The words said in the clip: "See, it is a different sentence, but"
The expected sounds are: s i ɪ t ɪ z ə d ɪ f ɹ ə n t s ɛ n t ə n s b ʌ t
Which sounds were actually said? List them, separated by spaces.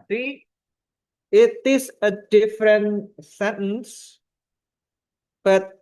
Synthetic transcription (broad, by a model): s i ɪ t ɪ s ə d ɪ f ɹ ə n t s ɛ n t ə n s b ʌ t